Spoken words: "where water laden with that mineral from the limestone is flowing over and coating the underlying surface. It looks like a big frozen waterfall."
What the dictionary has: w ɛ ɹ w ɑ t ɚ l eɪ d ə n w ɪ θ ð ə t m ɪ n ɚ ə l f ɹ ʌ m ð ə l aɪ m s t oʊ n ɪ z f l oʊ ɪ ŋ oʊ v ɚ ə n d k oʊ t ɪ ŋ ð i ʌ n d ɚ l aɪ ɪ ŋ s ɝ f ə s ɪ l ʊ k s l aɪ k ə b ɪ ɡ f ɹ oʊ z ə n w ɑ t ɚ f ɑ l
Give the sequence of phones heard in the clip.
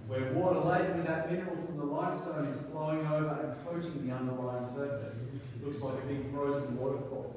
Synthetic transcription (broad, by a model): w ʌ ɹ w ɑ t ɚ l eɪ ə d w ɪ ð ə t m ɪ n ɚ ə l f ɹ ʌ m ð ə l aɪ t s t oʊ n ɪ z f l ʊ ɪ ŋ oʊ v ɚ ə n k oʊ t ɪ ŋ ð i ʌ n d ɚ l aɪ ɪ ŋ s ɝ f ə s l ʊ k s l aɪ k ə b ɪ ɡ f ɹ oʊ z ə n w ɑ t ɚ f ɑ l